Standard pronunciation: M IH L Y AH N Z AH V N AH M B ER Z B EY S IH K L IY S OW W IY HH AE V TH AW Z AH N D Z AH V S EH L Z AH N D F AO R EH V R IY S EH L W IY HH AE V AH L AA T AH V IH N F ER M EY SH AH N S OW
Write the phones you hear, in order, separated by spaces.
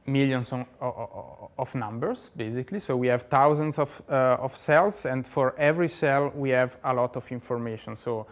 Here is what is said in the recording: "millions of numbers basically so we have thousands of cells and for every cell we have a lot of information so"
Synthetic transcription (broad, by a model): M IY L Y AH N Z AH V N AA M B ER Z B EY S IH K L IY S OW W IY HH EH V T AW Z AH N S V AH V S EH L S AH N D F AO R EH V R IY S EH L W IY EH V AH L AA T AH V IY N F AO M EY SH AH N S OW